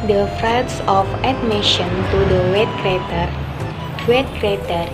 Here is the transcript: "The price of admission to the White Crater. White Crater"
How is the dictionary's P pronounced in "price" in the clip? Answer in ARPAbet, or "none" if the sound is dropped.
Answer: F